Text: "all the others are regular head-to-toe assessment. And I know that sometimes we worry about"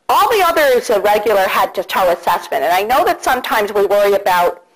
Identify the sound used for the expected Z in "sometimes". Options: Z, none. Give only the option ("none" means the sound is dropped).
Z